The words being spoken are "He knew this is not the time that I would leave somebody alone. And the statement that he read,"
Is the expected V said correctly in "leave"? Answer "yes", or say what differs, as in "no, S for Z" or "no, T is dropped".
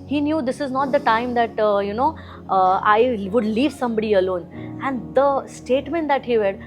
yes